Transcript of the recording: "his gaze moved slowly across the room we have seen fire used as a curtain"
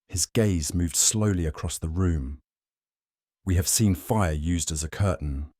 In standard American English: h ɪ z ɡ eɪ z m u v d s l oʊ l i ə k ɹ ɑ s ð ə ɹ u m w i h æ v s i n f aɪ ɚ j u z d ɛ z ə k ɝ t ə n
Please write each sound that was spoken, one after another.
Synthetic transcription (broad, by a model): h ɪ z ɡ eɪ z m u v d s l oʊ l i ə k ɹ ɑ s ð ə ɹ u m w i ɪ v s i n f aɪ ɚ j u z d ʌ z ə k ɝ t n